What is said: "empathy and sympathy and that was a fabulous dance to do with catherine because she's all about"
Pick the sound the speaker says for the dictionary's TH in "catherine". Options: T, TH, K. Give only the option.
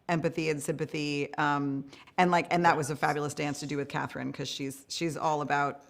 TH